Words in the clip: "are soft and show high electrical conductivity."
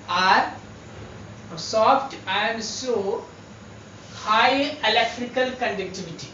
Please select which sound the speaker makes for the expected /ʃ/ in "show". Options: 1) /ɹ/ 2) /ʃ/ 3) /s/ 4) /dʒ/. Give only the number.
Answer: 3